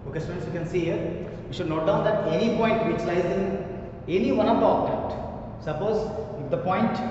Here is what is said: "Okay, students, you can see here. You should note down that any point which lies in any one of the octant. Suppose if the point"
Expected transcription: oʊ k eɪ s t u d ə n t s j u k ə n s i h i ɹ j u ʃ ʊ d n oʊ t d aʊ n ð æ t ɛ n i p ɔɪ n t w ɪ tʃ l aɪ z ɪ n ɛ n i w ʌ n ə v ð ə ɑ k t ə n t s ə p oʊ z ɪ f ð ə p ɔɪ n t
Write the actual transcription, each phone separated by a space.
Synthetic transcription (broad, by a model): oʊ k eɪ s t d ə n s j u k ə n s i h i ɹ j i ʃ ʊ d n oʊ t d aʊ n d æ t ɛ n i p ɔɪ n t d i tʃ l aɪ z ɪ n ɛ n i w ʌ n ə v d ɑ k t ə t s ə p oʊ z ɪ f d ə p ɔɪ n t